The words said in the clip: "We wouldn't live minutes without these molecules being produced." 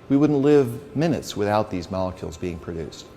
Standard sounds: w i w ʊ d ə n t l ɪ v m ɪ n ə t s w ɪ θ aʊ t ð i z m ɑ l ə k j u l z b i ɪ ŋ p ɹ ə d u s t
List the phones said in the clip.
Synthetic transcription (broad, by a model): w i w ʊ d n t l ɪ v m ɪ n ə t s w ɪ θ aʊ t ð i z m ɑ l ə k j u l z b i ɪ ŋ p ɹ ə d u s t